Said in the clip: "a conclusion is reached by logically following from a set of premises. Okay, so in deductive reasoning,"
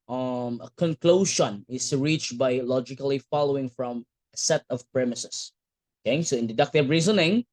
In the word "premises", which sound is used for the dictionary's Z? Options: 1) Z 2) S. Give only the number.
2